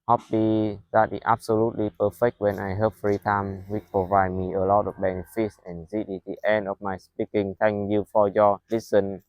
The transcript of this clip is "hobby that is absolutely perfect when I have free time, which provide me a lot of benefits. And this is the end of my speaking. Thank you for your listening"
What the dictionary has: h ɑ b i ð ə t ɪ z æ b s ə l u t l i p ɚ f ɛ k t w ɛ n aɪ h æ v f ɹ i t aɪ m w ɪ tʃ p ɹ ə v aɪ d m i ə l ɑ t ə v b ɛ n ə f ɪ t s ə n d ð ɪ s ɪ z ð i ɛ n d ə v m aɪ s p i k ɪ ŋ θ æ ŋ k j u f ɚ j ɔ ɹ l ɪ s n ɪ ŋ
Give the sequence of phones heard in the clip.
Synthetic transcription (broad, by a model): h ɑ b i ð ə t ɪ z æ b s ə l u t l i p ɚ f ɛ k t w ɛ n aɪ h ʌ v f ɹ i t aɪ m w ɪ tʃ p ɹ ə v aɪ d m i ə l ɑ t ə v b ɛ n ə f ɪ t s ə n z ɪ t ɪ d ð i ɛ n d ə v m aɪ s p i k ɪ ŋ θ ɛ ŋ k j u f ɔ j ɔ l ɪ s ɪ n